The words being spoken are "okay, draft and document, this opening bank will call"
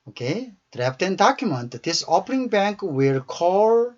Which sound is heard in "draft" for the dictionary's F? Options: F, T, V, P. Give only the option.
P